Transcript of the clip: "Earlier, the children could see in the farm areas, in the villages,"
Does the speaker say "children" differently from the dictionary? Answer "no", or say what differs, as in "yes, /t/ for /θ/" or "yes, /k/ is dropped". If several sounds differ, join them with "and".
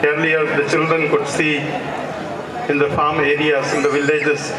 no